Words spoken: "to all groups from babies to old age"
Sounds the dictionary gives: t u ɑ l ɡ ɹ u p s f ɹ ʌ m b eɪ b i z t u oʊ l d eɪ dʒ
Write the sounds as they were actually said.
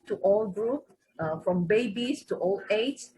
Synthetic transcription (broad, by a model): t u ɑ l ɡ ɹ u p f ɹ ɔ m b eɪ b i s t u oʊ l eɪ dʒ